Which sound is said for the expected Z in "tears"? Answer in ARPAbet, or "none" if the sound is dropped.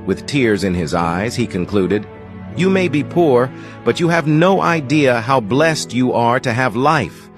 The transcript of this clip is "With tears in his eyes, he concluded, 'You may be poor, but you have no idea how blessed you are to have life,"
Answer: Z